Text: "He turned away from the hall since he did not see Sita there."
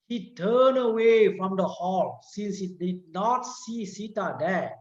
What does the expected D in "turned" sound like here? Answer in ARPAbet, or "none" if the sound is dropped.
none